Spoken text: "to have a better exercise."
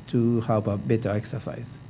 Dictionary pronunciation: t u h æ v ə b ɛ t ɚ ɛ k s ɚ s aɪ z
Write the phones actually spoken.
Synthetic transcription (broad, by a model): t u h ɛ p ə b ɛ t ɚ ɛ k s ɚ s aɪ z